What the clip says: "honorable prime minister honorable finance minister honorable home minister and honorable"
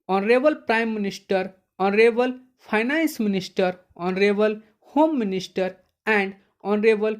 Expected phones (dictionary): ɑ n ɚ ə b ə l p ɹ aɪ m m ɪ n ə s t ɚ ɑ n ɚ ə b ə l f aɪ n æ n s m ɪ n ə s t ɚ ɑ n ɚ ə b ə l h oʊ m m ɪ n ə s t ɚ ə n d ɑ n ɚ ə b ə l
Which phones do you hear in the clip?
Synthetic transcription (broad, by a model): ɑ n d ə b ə l p ɹ aɪ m m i n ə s t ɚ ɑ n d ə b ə l p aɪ n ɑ n s m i n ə s t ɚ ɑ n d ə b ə l h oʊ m m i n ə s t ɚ ə n d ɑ n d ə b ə l